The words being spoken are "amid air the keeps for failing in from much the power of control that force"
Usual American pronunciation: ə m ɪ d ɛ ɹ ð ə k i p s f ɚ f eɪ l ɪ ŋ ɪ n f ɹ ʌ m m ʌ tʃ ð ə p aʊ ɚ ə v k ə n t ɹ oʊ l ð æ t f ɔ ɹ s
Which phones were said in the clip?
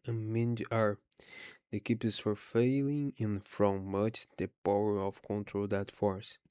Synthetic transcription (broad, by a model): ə m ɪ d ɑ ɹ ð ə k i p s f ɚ f eɪ l ɪ ŋ ɪ n f ɹ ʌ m m ʌ tʃ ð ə p aʊ ɚ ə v k ə n t ɹ oʊ l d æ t f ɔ ɹ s